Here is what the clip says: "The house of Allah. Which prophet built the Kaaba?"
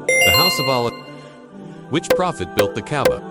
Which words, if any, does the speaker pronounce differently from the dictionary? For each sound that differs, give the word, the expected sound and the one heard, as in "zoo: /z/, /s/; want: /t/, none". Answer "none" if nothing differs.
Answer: none